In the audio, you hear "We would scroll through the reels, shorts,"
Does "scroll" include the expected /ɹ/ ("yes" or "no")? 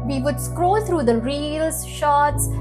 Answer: yes